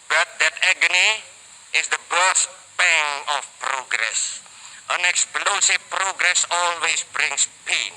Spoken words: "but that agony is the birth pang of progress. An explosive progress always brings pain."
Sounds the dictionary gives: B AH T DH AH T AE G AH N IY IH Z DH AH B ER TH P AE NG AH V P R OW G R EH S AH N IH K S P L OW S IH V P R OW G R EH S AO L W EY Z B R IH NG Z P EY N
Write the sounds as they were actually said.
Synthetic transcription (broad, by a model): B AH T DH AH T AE G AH N IY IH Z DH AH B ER S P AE NG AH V P R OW G R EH S AH N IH K S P L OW S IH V P R OW G R EH S AO L W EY S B R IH NG S P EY N